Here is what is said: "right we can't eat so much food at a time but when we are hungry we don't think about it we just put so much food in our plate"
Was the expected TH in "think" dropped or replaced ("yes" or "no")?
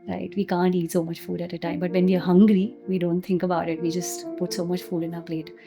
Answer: yes